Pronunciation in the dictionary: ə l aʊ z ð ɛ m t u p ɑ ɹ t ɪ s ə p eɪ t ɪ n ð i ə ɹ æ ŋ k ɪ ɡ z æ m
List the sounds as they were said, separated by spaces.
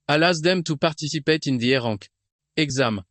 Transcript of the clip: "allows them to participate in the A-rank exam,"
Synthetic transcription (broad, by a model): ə l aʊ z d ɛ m t u p ɑ ɹ t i s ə p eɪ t ɪ n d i ə ɹ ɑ k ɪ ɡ z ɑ m